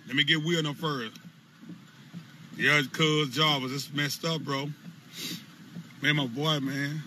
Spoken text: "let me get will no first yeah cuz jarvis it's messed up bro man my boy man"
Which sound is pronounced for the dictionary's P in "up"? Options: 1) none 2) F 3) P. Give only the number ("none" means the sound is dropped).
2